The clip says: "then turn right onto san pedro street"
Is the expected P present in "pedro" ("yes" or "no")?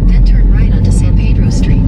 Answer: yes